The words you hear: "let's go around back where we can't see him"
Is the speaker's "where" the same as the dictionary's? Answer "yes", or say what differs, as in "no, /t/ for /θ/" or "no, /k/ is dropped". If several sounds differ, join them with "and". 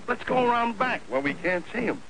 no, /l/ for /ɹ/